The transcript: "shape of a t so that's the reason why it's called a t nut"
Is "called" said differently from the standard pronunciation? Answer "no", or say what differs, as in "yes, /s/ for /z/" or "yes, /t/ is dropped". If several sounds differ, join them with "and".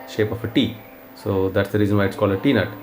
yes, /d/ is dropped